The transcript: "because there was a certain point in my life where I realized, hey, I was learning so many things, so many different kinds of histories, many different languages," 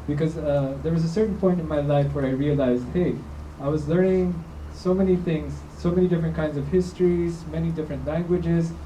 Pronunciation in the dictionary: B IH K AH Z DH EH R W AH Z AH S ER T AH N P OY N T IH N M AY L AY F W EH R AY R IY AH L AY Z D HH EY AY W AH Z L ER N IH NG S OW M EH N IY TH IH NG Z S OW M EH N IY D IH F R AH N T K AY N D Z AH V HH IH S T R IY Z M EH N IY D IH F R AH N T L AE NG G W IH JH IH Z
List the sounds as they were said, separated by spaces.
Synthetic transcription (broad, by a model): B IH K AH Z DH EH R W AH Z AH S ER T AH N P OY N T IH N M AY L AY F W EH R AY R IY AH L AY Z D HH EY AY W AH Z L ER N IH NG S OW M EH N IY TH IH NG Z S OW M EH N IY D IH F R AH N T K AY N D Z AH V HH IH S T R IY Z M EH N IY D IH F R AH N T L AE NG G W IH JH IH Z